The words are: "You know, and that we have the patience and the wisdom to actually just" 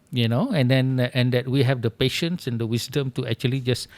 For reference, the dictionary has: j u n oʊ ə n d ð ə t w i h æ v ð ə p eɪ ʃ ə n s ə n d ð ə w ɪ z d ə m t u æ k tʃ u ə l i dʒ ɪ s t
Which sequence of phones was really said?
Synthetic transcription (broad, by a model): j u n oʊ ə n d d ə t w i h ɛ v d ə p eɪ ʃ ə n s ə n d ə w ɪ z d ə m t u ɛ k tʃ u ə l i dʒ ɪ s